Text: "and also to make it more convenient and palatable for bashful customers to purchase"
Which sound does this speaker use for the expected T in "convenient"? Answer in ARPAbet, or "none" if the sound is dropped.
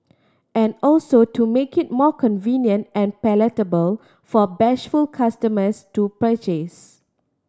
T